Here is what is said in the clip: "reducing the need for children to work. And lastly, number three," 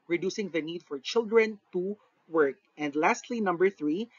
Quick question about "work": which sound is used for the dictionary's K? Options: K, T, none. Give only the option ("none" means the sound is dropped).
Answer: K